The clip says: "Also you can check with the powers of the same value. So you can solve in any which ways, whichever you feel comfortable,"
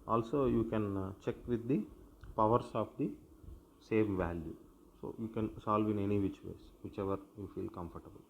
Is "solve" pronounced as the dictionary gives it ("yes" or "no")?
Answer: yes